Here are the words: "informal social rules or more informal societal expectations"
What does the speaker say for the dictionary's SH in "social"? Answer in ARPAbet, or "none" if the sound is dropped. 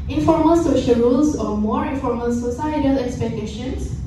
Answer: SH